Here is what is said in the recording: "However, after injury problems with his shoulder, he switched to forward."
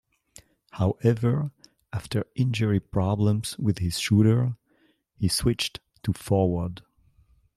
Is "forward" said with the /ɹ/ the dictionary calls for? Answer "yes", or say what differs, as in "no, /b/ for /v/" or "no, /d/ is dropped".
yes